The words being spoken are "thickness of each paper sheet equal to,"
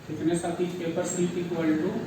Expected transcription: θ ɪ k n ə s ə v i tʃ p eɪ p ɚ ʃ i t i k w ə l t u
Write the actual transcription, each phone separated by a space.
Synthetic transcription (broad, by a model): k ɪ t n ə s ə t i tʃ p eɪ p ɚ s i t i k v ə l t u